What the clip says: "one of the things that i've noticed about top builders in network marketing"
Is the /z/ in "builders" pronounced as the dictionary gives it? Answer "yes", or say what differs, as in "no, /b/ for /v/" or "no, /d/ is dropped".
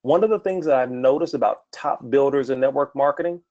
yes